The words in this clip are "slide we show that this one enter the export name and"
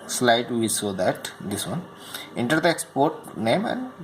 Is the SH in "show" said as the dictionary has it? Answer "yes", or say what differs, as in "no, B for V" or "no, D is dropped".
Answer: no, S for SH